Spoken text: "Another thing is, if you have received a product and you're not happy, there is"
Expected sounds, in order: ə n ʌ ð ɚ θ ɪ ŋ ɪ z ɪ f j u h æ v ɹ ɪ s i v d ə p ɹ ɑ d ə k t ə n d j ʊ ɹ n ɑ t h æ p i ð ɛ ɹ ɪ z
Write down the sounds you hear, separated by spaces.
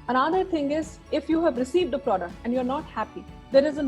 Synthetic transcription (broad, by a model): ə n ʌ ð ɚ t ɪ ŋ ɪ z ɪ f j u h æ v ɹ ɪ s i v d ə p ɹ ɑ d ə k t ə n d j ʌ ɹ n ɑ t h æ p i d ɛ ɹ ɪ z